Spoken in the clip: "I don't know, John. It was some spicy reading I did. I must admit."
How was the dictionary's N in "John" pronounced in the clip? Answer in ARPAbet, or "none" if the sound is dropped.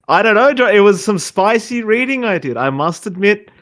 none